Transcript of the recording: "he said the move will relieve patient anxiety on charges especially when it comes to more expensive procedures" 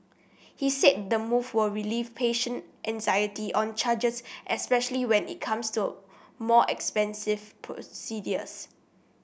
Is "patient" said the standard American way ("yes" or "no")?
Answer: yes